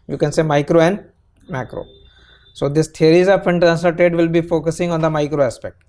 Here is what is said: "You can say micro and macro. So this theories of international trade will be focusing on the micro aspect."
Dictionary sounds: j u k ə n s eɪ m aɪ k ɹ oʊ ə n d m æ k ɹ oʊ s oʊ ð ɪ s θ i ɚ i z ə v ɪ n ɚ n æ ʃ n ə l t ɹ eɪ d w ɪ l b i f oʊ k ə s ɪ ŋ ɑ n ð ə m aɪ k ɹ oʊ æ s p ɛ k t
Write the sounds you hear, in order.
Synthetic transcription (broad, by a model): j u k ə n s eɪ m aɪ k ɹ oʊ ə n d m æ k ɹ oʊ s oʊ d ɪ s t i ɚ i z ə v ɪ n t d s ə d t eɪ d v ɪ l b i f oʊ k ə s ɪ ŋ ɑ n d ə m aɪ k ɹ oʊ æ s p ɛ k t